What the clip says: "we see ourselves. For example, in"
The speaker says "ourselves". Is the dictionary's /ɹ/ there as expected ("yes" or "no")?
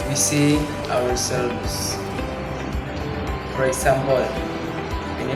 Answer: no